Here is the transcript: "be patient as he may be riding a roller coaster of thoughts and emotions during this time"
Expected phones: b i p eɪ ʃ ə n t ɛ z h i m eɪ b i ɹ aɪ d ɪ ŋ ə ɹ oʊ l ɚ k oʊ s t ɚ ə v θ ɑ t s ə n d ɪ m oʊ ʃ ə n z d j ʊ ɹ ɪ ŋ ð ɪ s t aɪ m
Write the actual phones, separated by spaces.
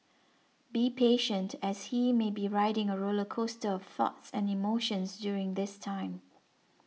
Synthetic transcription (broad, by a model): b i p eɪ ʃ ə n t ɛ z h i m eɪ b i ɹ aɪ d ɪ ŋ ə ɹ oʊ l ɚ k oʊ s t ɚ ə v θ ɑ t s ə n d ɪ m oʊ ʃ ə n s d j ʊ ɹ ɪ ŋ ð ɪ s t aɪ m